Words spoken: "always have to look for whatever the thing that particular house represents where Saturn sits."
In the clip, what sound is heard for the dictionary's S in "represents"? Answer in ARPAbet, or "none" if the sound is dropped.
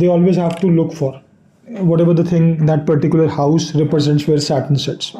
S